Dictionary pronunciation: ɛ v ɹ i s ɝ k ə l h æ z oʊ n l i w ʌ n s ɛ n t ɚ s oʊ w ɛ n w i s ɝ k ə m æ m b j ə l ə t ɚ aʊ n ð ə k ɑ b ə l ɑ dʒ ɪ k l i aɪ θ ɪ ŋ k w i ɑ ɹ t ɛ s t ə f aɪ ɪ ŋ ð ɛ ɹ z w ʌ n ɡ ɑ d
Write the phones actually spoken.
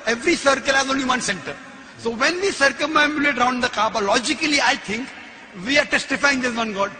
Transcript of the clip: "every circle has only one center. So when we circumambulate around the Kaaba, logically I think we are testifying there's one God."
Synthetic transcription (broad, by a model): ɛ v ɹ i s ɝ k ə l h æ z oʊ n l i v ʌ n s ɛ n t ɚ s oʊ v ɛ n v i s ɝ k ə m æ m j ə l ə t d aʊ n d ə k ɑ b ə l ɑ dʒ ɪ k l i aɪ t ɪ ŋ k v i ɑ ɹ t ɛ s t ə f aɪ ɪ ŋ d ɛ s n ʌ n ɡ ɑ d